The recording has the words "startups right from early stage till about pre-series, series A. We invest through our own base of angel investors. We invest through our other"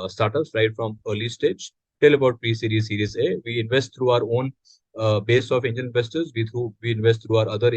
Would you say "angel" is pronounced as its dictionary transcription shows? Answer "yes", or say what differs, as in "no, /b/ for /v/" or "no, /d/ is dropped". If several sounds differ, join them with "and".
no, /n/ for /l/